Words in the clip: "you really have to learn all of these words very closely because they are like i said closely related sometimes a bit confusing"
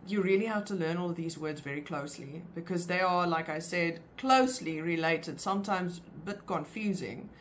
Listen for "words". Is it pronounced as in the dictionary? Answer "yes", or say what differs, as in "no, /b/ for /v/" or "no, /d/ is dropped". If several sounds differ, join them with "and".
yes